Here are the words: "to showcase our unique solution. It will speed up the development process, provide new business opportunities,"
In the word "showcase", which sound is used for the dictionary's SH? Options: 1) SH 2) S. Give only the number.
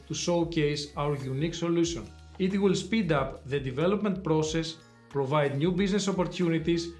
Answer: 2